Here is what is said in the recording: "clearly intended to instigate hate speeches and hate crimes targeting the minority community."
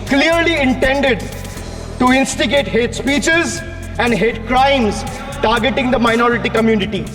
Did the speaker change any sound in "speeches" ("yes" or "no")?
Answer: no